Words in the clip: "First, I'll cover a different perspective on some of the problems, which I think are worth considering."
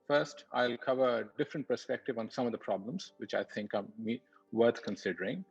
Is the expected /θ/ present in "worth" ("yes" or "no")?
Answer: no